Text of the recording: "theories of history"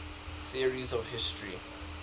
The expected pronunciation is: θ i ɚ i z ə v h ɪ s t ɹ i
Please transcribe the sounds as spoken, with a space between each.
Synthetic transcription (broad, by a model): θ i ɚ i z ə v h ɪ s t ɹ i